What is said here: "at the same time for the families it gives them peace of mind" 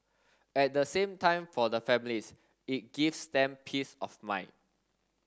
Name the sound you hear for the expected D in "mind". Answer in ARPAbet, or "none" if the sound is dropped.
none